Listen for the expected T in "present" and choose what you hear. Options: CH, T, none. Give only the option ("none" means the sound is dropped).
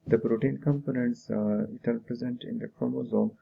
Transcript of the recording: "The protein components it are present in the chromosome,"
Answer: T